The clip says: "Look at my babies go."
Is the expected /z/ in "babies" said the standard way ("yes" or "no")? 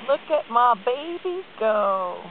no